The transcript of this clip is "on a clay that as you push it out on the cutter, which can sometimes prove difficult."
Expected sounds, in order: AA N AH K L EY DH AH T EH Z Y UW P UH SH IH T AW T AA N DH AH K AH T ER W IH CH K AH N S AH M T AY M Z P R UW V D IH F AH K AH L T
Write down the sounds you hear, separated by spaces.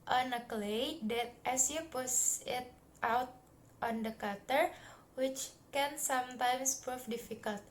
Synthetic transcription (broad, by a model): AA N AH K L EY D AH T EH S Y UW P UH S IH T AW T AA N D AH K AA T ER W IH CH K AH N S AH M T AY M S P R UW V D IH F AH K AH L T